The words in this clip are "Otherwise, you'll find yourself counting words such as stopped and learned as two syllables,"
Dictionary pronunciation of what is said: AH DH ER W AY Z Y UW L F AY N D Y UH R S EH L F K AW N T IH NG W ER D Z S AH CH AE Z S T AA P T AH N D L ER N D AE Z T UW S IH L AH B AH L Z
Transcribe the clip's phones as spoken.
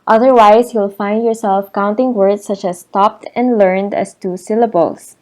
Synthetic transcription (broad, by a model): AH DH ER W AY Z Y UW L F AY N D Y UH R S EH L F K AW N T IH NG W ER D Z S AH CH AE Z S T AA P T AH N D L ER N D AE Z T UW S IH L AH B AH L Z